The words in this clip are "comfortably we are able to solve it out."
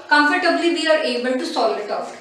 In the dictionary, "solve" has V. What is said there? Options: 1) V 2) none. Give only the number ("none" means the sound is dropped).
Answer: 2